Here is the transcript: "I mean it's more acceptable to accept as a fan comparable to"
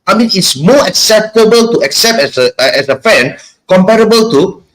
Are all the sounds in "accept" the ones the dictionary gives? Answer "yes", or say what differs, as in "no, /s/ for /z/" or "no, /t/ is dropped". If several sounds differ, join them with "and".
yes